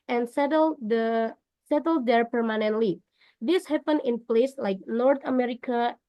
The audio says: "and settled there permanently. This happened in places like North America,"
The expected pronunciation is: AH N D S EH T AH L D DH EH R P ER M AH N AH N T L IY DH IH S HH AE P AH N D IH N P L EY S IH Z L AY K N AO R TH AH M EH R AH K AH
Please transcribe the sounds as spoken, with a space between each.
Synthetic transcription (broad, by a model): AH N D S EH T AH L D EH R P ER M AH N AH N T L IY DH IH S HH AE P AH N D IH N P L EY S L AY K N AO R T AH M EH R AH K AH